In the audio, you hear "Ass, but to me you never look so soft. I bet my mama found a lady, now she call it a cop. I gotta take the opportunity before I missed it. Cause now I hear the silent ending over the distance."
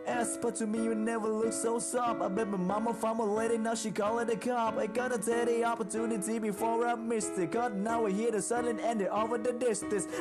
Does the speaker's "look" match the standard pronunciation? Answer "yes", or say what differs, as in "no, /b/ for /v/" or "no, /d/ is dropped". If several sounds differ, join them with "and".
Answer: yes